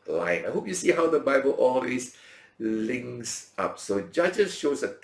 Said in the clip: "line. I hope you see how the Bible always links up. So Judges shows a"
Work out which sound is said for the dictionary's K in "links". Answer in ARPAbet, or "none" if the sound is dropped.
none